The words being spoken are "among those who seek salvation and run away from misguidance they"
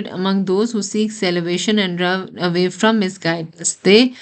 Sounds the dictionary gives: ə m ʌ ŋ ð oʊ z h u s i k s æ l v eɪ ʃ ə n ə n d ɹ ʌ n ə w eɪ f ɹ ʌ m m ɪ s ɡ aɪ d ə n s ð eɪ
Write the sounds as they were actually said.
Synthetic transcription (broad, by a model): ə m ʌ ŋ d oʊ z h u s i k s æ l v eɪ ʃ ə n ə n d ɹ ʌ ə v eɪ f ɹ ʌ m m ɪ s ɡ aɪ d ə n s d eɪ